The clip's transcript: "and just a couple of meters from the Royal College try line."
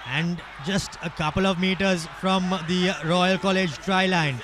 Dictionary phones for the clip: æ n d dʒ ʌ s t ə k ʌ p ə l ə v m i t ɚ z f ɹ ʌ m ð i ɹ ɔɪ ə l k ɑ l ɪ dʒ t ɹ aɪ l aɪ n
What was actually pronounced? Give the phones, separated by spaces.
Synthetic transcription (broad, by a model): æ n d dʒ ʌ s t ə k ʌ p ə l ə v m i t ɚ z f ɹ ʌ m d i ɹ ɔɪ ə l k ɑ l ɪ dʒ t ɹ aɪ l aɪ n